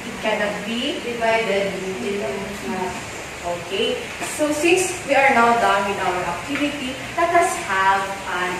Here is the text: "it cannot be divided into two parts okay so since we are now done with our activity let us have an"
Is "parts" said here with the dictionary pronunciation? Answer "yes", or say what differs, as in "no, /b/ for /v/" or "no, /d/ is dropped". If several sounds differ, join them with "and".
no, /s/ is dropped